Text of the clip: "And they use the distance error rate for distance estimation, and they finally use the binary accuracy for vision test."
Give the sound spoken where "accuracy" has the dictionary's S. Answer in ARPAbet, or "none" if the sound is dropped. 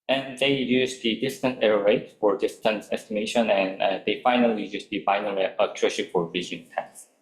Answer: SH